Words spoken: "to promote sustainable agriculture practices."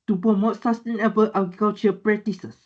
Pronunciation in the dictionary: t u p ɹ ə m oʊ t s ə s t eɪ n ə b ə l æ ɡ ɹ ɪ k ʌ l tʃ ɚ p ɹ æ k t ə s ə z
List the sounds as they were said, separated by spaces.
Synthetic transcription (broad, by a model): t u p ə m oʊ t s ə s t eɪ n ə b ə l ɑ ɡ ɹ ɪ k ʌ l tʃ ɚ p ɹ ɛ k t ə s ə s